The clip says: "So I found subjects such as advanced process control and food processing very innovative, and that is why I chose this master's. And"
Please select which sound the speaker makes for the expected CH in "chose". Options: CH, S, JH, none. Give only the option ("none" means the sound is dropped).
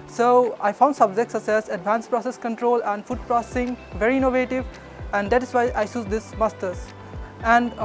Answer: S